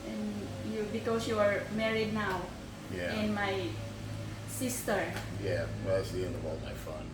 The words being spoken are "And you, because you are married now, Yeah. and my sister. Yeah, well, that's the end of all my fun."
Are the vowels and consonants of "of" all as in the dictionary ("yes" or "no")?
no